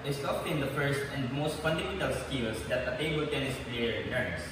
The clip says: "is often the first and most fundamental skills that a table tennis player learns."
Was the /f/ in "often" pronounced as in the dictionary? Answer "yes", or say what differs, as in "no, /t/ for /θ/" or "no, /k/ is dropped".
no, /p/ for /f/